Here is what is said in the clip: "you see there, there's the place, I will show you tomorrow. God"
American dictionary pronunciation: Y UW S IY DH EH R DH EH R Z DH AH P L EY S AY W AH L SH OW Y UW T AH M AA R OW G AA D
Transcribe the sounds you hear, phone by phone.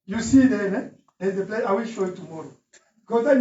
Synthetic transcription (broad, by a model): Y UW S IY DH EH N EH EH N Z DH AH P L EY AY W AH L SH OW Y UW T AH M AA R OW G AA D